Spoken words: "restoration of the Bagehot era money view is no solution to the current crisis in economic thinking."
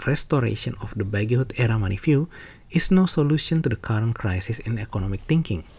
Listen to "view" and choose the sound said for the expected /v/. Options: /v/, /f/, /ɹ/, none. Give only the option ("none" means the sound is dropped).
/f/